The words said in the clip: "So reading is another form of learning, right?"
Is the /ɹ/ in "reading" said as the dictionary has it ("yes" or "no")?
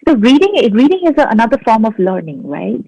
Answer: yes